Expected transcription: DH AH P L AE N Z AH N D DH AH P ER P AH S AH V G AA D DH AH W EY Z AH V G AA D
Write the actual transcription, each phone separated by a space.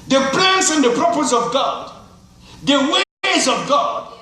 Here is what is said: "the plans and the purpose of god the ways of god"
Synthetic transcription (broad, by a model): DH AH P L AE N S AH N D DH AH P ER P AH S AH V G AA D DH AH W EY Z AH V G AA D